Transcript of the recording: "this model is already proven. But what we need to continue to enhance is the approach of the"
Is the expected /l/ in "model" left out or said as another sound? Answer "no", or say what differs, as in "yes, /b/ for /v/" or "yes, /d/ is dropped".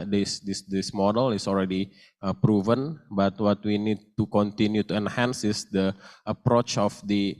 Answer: no